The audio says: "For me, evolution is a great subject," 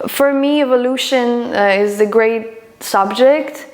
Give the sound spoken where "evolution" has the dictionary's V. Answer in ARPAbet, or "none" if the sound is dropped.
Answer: V